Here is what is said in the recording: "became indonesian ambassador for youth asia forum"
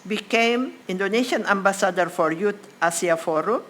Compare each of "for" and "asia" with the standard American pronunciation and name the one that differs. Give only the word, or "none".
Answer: asia